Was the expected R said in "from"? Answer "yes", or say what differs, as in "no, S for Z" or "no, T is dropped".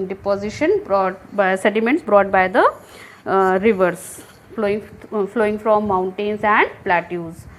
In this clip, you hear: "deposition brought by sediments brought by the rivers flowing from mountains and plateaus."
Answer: no, L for R